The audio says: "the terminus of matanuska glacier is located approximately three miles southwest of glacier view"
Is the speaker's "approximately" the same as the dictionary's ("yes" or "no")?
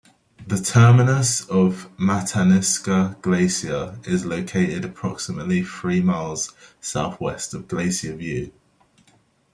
yes